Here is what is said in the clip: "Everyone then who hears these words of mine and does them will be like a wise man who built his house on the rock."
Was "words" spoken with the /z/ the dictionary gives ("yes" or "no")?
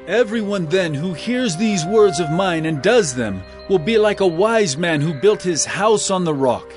yes